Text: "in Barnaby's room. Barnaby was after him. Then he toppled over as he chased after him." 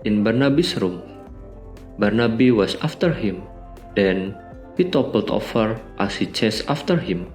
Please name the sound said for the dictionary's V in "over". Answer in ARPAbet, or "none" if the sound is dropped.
F